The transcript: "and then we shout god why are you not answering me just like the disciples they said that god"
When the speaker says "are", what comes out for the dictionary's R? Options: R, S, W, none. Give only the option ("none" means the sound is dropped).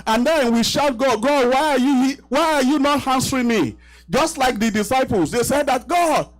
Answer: W